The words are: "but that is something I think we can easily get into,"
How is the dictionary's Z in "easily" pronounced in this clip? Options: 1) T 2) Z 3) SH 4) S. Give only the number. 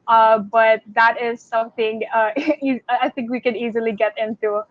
2